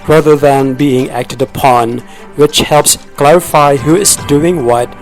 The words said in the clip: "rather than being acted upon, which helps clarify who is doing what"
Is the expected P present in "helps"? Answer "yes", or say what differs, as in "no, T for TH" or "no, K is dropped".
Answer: yes